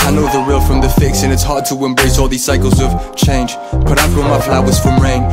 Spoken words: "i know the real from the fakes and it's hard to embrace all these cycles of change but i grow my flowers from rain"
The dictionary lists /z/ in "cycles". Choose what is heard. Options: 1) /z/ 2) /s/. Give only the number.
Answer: 1